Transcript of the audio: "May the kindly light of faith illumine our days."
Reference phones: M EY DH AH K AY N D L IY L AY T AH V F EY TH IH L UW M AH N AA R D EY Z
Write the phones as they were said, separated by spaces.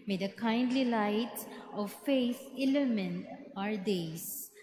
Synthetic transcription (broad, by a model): M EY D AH K AY N D L IY L AY T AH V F EY S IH L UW M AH N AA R D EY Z